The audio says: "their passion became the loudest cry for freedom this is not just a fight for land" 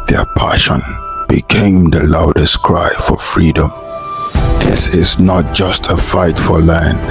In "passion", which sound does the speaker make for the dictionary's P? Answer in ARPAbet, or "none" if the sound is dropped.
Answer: P